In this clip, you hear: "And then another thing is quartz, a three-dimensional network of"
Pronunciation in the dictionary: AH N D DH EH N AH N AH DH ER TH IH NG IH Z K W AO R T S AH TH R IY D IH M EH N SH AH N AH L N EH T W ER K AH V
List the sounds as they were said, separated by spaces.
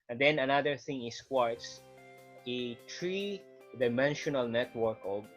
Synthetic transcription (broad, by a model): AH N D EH N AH N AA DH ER TH IH NG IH S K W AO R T S AH T R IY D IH M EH N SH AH N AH L N EH T W ER K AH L